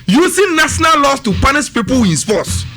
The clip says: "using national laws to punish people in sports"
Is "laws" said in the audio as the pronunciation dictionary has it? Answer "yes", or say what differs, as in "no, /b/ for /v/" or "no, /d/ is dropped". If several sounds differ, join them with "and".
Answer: no, /s/ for /z/